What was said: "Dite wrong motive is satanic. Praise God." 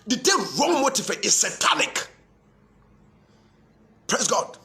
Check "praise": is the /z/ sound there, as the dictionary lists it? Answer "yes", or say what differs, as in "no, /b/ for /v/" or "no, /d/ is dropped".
no, /s/ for /z/